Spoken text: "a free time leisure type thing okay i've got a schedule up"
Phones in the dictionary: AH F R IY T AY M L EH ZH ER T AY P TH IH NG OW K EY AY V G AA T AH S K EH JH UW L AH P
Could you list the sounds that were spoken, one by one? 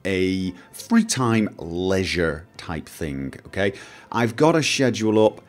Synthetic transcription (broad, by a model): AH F R IY T AY M L EH ZH ER T AY P TH IH NG OW K EY AY V G AA T AH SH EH JH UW L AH P